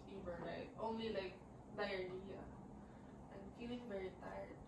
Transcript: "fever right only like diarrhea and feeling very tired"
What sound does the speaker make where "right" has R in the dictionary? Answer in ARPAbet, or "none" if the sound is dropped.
L